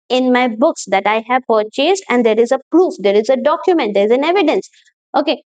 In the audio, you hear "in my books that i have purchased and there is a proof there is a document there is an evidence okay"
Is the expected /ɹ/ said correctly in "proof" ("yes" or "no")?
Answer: yes